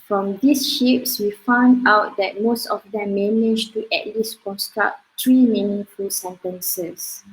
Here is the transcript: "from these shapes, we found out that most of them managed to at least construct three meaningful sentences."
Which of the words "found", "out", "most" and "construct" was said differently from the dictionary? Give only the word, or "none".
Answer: none